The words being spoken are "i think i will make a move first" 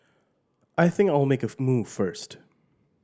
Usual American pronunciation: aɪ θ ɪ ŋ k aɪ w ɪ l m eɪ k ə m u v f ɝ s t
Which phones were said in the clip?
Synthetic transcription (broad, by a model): aɪ θ ɪ ŋ k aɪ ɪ l m eɪ k ə m u v f ɝ s t